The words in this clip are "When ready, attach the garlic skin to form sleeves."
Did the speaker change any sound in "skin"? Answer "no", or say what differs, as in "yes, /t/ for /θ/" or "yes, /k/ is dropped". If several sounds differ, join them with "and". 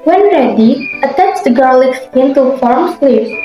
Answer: yes, /k/ is dropped